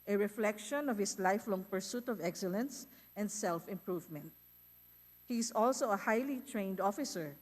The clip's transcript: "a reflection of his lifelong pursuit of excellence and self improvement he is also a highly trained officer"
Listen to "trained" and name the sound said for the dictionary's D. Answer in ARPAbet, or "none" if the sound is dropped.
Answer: D